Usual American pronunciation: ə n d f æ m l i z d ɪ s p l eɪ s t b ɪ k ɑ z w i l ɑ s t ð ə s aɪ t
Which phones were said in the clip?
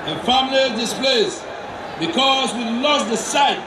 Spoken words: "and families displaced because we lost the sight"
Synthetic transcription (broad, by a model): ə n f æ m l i d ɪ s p l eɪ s b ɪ k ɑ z w i l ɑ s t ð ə s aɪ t